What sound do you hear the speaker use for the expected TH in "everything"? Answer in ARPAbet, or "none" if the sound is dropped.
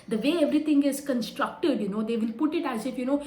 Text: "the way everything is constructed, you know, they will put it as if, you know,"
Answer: T